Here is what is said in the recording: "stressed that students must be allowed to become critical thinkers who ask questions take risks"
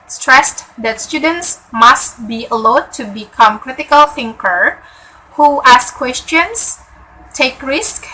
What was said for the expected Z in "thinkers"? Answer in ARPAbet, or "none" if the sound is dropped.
none